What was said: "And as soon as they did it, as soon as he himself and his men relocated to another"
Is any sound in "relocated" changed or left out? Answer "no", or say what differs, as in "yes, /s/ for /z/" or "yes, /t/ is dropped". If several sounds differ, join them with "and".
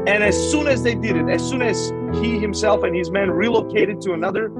no